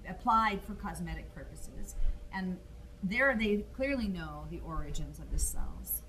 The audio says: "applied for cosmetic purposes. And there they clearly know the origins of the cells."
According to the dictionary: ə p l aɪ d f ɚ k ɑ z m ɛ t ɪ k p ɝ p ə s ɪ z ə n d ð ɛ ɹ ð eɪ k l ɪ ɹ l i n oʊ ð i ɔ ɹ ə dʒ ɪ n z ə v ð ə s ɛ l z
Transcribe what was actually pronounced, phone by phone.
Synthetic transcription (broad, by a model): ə p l aɪ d f ɚ k ɑ z m ɛ t ɪ k p ɝ p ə s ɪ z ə n ð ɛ ɹ ð eɪ k l ɪ ɹ l i n oʊ ð i ɔ ɹ ə dʒ ɪ n z ə v ð ə s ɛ l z